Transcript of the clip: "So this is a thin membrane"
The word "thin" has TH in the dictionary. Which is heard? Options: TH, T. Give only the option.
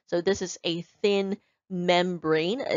TH